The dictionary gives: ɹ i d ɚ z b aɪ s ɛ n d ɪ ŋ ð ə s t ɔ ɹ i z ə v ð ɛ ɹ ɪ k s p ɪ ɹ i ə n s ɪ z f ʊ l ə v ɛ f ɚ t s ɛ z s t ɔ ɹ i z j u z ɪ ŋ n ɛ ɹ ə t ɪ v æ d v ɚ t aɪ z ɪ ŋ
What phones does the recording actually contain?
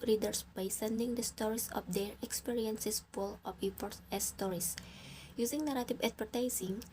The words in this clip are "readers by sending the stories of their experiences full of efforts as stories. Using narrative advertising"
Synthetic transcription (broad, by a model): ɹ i d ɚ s b aɪ s ɛ n d ɪ ŋ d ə s t ɔ ɹ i s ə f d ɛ ɹ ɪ k s p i ɹ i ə n s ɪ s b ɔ l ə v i p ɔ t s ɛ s t ɔ ɹ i s j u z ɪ ŋ n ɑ ɹ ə t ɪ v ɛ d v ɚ t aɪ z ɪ ŋ